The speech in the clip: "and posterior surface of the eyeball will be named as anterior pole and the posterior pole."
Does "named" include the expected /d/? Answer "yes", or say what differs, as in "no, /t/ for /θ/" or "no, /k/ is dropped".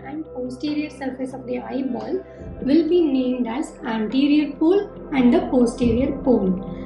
yes